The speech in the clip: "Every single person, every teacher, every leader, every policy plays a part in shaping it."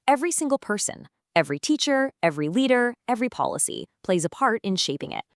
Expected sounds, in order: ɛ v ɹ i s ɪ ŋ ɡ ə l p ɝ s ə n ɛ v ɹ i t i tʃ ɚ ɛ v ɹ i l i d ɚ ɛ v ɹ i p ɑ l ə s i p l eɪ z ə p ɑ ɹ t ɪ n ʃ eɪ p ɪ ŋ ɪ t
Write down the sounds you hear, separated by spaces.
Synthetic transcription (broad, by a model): ɛ v ɹ i s ɪ ŋ ɡ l p ɝ s ə n ɛ v ɹ i t i tʃ ɚ ɛ v ɹ i l i d ɚ ɛ v ɹ i p ɑ l ə s i p l eɪ z ə p ɑ ɹ t ɪ n ʃ eɪ p ɪ ŋ ɪ t